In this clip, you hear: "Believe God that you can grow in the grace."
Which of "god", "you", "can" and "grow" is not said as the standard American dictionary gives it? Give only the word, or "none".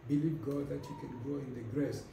grow